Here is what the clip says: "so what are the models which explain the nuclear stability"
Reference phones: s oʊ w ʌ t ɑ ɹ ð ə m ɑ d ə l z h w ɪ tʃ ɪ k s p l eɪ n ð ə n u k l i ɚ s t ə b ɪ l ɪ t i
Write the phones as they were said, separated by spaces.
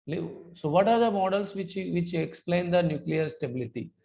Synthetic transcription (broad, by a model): s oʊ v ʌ t ɑ ɹ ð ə m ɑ d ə l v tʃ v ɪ tʃ ɪ k s p l eɪ n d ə n u k l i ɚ s t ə b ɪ l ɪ t i